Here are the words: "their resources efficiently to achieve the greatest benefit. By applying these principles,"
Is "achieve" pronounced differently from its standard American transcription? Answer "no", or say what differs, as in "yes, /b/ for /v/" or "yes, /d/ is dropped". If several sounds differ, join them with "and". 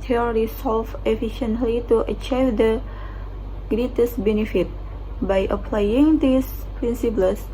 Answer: no